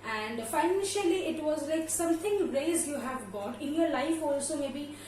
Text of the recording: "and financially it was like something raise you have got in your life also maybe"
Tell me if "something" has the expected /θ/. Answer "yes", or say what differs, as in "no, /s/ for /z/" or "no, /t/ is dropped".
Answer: no, /t/ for /θ/